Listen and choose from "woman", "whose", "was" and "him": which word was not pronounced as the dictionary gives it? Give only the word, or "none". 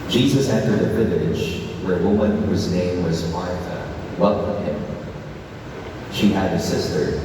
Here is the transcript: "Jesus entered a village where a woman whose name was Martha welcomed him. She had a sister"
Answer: none